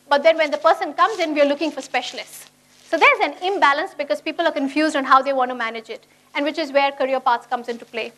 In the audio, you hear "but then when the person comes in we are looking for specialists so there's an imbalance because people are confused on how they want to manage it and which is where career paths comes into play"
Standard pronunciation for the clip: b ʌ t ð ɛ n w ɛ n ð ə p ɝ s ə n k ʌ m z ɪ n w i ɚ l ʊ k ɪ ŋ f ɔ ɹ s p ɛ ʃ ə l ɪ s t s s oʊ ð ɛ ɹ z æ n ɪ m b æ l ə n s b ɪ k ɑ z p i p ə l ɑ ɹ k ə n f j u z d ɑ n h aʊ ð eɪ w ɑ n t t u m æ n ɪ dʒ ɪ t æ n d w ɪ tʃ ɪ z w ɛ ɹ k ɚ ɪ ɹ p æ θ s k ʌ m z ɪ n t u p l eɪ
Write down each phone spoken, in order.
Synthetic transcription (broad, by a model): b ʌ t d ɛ n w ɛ n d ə p ɝ s ə n k ʌ m z ɪ n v i ɚ l ʊ k ɪ ŋ f ɔ ɹ s p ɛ ʃ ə l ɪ s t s s oʊ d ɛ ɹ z æ n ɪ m b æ l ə n s b ɪ k ɑ z p i p ə l ɑ ɹ k ə n f j u z d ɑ n h aʊ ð eɪ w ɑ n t t u m æ n ɪ dʒ ɪ t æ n d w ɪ tʃ ɪ z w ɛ ɹ k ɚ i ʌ p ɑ t s k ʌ m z ɪ n t u p l eɪ